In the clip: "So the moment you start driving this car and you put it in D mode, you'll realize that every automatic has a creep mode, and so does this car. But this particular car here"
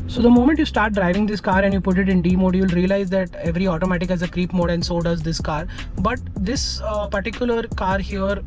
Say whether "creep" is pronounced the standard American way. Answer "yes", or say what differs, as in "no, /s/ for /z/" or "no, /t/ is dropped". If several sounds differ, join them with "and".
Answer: yes